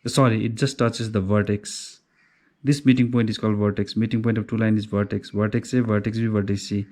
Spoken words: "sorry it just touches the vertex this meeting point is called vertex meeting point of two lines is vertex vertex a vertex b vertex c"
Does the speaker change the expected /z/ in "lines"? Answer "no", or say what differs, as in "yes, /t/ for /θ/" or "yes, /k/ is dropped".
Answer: yes, /z/ is dropped